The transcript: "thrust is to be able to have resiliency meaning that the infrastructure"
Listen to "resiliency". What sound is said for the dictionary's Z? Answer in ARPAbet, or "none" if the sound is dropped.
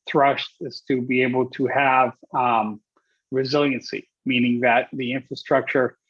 Z